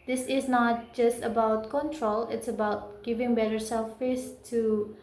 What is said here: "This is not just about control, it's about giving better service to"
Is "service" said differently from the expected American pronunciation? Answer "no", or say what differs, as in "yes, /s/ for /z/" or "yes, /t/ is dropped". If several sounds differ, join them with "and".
yes, /f/ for /v/